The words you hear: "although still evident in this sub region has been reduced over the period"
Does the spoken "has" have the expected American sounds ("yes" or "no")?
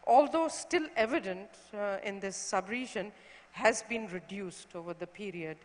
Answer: yes